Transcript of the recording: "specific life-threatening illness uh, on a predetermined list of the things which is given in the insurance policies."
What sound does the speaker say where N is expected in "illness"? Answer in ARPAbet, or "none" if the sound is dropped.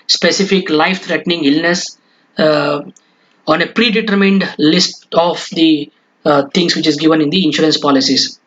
N